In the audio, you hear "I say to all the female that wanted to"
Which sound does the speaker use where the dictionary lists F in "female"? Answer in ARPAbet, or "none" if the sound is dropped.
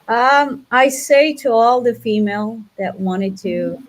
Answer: F